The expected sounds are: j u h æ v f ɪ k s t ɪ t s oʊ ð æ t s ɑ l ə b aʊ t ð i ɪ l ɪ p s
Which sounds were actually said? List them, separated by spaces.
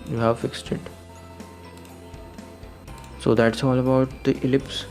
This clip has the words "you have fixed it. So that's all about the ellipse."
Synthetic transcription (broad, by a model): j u h æ v f ɪ k s t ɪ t s oʊ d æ t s ɑ l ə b aʊ t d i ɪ l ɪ p s